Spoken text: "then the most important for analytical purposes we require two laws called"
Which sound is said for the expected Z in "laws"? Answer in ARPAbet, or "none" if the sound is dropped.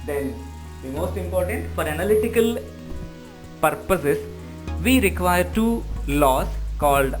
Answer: S